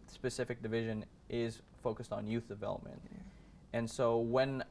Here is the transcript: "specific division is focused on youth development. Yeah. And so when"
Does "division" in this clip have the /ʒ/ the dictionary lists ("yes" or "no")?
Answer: yes